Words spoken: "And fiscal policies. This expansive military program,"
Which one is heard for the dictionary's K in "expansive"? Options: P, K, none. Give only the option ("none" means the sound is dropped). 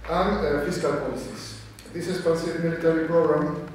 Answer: none